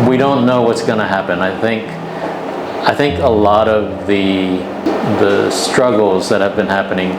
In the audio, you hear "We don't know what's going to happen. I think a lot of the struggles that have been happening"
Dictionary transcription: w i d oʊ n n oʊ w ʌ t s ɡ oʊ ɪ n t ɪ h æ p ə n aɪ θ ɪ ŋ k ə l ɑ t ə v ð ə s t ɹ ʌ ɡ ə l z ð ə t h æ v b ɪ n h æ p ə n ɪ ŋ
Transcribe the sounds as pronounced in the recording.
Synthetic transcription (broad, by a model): w i d oʊ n n oʊ w ʌ t s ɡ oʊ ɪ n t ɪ h æ p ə n aɪ θ ɪ ŋ k ə l ɑ t ə v ð ə s t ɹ ʌ ɡ l z ð ə t h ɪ v b ɪ n h æ p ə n ɪ ŋ